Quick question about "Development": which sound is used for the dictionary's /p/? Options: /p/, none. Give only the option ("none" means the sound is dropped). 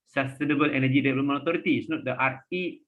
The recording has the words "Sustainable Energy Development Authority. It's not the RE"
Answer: none